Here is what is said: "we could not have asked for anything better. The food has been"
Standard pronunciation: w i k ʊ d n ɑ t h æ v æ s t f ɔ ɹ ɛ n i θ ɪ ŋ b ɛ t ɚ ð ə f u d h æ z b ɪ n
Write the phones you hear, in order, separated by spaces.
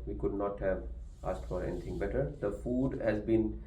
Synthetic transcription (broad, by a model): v i k ʊ d n ɑ t h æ v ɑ s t f ɔ ɹ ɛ n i t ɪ ŋ b ɛ t ɚ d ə f u d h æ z b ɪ n